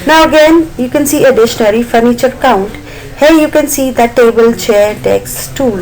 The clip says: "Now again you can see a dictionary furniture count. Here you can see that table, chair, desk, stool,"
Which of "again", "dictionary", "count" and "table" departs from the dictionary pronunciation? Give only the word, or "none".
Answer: dictionary